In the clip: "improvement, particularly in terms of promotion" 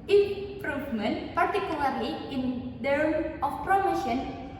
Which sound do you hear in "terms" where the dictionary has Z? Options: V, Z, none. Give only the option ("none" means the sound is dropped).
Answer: none